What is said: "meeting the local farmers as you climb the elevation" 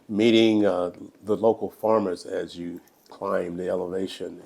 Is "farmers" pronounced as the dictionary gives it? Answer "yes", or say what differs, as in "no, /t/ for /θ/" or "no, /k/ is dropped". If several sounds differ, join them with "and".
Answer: yes